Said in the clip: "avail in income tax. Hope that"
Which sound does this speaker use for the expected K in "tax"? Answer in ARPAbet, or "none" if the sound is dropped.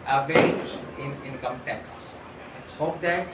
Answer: none